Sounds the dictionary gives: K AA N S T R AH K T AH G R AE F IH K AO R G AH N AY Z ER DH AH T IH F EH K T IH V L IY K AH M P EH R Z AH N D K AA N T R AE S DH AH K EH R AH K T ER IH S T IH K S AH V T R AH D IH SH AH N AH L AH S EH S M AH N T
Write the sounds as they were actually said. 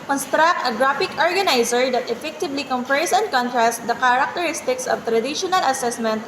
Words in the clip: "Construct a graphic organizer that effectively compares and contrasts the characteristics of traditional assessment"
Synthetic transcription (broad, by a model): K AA N S T R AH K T AH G R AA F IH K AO R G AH N AY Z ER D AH T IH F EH K T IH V L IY K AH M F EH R S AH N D K AA N T R AE S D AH K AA R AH K T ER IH S T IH K S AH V T R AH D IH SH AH N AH L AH S EH S M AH N T